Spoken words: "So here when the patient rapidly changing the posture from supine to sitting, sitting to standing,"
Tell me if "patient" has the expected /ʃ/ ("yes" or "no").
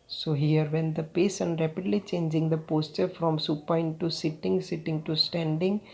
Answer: no